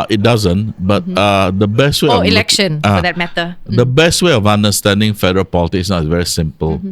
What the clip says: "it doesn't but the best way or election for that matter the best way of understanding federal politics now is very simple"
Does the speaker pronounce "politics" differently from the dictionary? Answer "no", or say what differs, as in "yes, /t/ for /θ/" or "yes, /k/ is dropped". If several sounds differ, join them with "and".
yes, /k/ is dropped